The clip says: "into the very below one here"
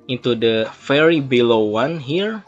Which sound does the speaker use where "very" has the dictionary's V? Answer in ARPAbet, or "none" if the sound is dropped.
F